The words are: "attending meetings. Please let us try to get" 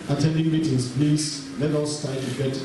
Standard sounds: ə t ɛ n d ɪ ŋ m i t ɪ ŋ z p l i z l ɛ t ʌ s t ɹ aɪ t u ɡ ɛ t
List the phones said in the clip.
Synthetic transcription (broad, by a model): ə t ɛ n d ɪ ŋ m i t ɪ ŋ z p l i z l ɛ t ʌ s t aɪ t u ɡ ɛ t